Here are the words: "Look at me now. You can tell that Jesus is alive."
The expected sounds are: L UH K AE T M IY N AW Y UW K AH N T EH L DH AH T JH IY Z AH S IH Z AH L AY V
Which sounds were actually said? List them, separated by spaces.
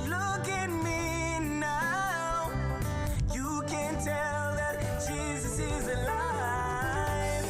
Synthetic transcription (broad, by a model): L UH K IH T M IY N AW Y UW K AH N T EH L DH AH T JH IY Z AH S IH Z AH L AY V